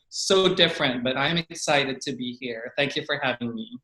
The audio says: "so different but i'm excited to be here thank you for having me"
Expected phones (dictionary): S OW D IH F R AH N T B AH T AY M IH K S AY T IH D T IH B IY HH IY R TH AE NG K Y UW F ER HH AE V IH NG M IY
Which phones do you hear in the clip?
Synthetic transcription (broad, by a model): S OW D IH F R AH N T B AH T AY M IH K S AY T IH D T IH B IY HH IY R TH AE NG K Y UW F ER HH AE V IH NG M IY